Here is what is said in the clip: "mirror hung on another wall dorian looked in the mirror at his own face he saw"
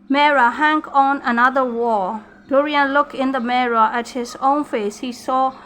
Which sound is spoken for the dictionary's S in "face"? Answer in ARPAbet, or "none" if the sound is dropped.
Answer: S